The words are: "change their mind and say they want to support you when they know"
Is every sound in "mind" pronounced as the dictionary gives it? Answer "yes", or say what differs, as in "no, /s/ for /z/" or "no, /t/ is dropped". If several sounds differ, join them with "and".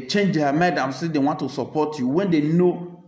no, /n/ is dropped